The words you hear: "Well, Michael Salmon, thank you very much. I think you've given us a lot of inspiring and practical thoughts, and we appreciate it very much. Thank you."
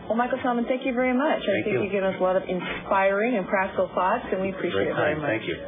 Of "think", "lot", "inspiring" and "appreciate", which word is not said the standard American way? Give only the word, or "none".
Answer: think